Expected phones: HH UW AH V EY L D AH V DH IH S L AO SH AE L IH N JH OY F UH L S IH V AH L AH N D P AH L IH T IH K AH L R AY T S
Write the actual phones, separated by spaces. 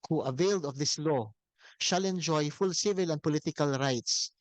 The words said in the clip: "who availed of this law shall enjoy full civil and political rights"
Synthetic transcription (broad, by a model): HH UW AH V EY L D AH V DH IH S L AO SH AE L IH N JH OY F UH L S IH V AH L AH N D P AH L IH T IH K AH L R AY T S